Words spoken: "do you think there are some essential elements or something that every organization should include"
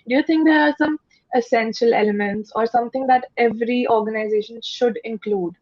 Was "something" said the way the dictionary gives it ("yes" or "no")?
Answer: no